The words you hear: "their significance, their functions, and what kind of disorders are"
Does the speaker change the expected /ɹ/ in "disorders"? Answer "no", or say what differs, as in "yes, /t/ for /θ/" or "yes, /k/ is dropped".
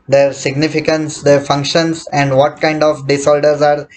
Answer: yes, /l/ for /ɹ/